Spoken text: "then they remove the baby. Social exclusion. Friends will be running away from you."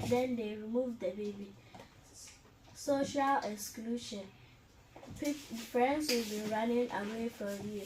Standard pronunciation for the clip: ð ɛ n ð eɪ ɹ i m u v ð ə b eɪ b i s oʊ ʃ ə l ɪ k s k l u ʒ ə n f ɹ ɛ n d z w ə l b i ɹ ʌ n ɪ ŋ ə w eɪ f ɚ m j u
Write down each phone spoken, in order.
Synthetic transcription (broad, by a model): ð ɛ n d eɪ ɹ i m u v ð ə b eɪ b i s oʊ ʃ ə l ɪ k s k l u ʃ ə n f ɹ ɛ n d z w ə l b i ɹ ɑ n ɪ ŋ ə w eɪ f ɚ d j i